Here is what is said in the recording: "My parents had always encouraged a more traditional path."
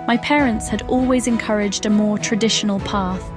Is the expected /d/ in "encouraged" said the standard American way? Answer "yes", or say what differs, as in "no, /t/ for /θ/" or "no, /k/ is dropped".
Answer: yes